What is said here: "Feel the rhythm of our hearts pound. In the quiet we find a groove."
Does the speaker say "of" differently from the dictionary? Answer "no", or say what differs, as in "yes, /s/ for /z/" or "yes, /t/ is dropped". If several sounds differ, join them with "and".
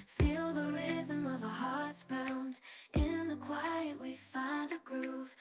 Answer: no